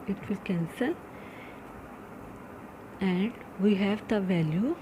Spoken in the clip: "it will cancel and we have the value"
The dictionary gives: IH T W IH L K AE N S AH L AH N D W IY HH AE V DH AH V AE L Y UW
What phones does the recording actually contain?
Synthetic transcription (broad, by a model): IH T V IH L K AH N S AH N AH N D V IY HH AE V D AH V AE L Y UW